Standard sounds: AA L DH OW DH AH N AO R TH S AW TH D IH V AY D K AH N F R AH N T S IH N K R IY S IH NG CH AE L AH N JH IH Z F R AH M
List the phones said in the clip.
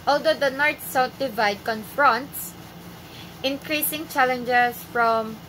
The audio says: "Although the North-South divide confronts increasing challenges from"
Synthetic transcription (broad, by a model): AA L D OW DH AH N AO R T S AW T D IH V AY D K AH N F R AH N T S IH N K R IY S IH NG CH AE L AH N JH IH S F R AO M